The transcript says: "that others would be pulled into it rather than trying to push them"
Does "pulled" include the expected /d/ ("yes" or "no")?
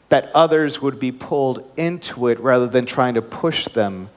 yes